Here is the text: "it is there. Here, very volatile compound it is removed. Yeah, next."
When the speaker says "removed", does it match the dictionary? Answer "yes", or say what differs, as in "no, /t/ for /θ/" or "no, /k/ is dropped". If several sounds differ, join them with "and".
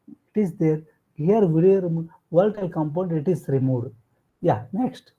no, /v/ is dropped